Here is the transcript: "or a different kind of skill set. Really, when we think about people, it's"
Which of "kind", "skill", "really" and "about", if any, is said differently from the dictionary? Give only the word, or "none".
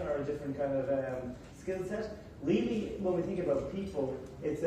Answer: really